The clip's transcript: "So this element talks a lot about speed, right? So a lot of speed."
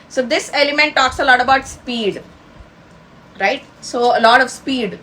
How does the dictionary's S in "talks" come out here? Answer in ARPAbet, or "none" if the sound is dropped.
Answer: S